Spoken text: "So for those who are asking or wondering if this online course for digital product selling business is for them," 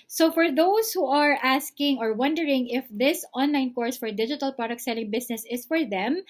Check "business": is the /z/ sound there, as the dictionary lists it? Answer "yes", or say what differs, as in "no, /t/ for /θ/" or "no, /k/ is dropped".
no, /s/ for /z/